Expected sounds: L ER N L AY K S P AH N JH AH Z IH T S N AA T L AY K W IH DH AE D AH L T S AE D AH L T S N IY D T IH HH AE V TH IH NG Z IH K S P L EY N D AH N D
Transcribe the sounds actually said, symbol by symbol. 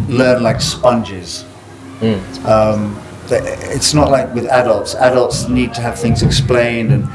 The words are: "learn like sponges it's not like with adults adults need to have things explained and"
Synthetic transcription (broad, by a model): L ER N L AY K S P AH N JH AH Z IH T S N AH T L AY K W IH DH AE D AH L T S AE D AH L T S N IY D T IH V TH IH NG Z IH K S P L EY N D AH N